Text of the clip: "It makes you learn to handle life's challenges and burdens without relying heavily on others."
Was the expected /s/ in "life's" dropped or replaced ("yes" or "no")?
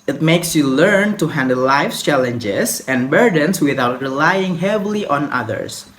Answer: yes